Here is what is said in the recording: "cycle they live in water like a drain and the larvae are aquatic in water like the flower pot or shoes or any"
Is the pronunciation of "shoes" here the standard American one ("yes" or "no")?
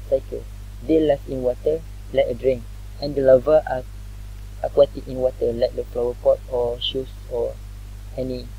no